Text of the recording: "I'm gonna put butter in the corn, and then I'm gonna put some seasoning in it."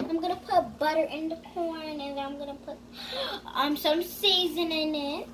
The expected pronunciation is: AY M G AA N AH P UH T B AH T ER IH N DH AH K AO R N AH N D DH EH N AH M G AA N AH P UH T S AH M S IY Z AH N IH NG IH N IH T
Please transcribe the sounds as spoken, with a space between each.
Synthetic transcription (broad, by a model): AY M G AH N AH P UH T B AH T ER IH N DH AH K AO R N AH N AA AH M G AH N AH P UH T S AH M S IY Z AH N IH IH N IH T